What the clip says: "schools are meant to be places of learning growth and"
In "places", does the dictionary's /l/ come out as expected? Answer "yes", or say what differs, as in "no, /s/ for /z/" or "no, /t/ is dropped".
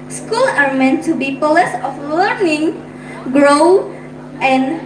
no, /l/ is dropped